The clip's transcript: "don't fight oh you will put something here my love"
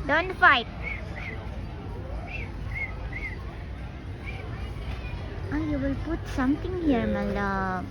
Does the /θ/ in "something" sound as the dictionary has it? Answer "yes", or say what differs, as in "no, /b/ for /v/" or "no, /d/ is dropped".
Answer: no, /t/ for /θ/